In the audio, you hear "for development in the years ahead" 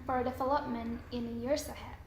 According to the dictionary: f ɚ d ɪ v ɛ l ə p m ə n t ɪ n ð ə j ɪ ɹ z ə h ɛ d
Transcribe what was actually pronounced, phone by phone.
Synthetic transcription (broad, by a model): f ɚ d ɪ f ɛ l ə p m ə n ɪ n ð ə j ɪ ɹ s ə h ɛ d